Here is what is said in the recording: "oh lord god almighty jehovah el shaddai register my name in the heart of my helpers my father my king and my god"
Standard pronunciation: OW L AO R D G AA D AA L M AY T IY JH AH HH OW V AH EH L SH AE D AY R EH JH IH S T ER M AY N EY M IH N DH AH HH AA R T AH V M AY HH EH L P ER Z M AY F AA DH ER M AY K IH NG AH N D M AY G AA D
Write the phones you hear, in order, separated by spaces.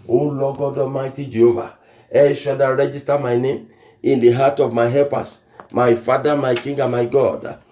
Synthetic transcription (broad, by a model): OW L AO G AA D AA M AY T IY JH AH HH OW V AH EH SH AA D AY R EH JH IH S T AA M AY N EY M IH N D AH HH AA T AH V M AY HH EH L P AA S M AY F AA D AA M AY K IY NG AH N M AY G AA D